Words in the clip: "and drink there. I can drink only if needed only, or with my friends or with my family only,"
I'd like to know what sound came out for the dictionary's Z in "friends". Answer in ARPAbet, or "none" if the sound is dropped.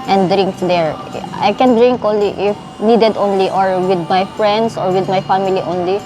S